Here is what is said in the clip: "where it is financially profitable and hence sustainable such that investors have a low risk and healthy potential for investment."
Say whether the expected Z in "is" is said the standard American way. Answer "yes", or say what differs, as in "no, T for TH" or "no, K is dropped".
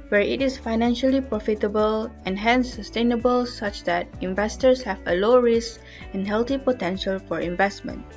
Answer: no, S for Z